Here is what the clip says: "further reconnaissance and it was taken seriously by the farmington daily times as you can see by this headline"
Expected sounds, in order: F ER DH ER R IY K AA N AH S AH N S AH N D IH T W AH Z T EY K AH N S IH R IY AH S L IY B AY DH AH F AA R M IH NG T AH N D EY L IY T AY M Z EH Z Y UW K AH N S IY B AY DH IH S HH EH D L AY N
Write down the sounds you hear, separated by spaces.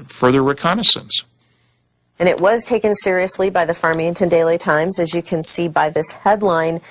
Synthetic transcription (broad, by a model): F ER DH ER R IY K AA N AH S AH N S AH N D IH T W AH Z T EY K AH N S IH R IY AH S L IY B AY DH AH F AA R M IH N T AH N D EY L IY T AY M Z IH Z Y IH K AH N S IY B AY DH IH S HH EH D L AY N